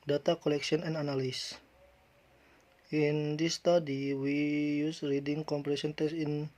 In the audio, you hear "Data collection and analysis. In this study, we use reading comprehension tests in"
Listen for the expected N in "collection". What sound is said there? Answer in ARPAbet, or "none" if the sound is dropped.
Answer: none